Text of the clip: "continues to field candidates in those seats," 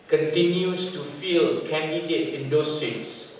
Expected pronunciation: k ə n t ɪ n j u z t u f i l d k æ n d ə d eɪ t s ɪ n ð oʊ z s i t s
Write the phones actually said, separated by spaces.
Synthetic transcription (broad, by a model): k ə n t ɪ n j u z t u f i l k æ n d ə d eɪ t ɪ n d oʊ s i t s